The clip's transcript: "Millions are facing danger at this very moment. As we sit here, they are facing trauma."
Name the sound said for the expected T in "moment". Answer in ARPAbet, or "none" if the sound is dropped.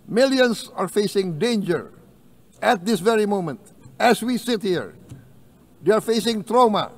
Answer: T